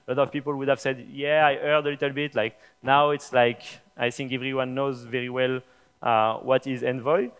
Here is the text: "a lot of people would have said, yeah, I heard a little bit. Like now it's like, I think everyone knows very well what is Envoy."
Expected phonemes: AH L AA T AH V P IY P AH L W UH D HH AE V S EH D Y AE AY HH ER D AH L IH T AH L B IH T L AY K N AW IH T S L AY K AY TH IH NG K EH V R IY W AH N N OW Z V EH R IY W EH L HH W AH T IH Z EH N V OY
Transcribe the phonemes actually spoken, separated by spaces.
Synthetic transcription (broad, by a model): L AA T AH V P IY P AH L W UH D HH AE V S EH D Y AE AY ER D AH L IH T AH L B IH T L AY K N AW IH T S L AY K AY TH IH NG K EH V R IY W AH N N OW Z V EH R IY W EH L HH W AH T IH Z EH N V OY